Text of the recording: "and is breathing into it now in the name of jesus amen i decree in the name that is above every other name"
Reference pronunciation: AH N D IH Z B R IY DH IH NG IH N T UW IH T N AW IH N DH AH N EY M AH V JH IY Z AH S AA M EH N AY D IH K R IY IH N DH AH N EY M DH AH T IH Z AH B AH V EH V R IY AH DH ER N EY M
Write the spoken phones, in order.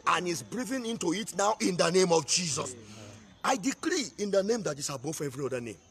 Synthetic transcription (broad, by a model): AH N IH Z B R IY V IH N IH N T UW IH T N AW IH N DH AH N EY M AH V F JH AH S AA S AY D IH K R IY IH N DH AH N EY M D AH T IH S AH B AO F EH V R IY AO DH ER N EY M